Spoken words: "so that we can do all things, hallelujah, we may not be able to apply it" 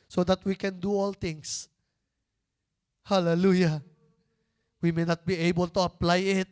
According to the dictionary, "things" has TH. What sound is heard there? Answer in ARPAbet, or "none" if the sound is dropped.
T